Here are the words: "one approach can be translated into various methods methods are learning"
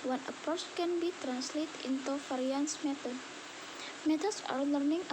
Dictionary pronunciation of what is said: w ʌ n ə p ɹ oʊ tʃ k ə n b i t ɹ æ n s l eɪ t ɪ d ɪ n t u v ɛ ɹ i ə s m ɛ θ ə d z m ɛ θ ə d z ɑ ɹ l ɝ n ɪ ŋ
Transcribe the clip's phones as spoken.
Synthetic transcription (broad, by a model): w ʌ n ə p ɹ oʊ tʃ k ə n b i t ɹ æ n s l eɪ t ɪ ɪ n t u f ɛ ɹ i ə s m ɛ t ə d m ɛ t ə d s ɑ ɹ l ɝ n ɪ ŋ